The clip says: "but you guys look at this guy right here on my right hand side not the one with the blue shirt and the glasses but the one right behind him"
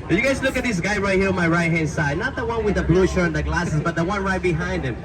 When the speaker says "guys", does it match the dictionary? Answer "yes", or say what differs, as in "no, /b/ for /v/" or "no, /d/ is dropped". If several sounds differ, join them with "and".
no, /s/ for /z/